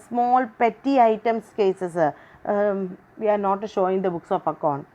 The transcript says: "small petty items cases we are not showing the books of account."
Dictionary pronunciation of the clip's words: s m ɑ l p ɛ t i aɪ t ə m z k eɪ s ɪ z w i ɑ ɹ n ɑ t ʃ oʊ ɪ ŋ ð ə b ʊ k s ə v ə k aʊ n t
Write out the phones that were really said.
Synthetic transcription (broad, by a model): s m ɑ l p ɛ t i aɪ t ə m s k eɪ s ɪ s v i ɑ ɹ n ɑ t ʃ oʊ ɪ ŋ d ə b ʊ k s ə f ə k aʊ n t